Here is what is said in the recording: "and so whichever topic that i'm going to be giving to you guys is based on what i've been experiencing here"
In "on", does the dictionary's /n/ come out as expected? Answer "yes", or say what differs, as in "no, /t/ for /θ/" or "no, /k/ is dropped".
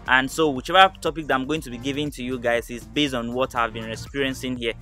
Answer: yes